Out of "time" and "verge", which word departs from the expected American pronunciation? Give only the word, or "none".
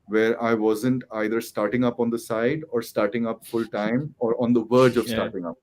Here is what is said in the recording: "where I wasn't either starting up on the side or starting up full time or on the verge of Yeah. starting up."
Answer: none